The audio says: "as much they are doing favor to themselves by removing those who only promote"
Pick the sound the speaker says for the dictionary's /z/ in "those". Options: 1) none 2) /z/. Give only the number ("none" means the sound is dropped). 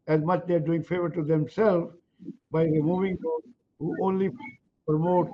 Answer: 1